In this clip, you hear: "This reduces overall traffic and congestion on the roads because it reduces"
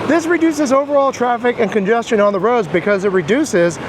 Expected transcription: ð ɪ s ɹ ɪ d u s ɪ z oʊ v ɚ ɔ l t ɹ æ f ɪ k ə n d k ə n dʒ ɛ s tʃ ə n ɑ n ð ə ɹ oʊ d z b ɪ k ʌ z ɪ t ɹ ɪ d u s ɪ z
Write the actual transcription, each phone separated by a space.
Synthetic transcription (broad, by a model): ð ɪ s ɹ ɪ d u s ɪ z oʊ v ɚ ɔ l t ɹ æ f ɪ k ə n k ə n dʒ ɛ s tʃ ə n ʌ n ð ə ɹ oʊ d z b ɪ k ʌ z ɪ t ɹ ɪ d u s ɪ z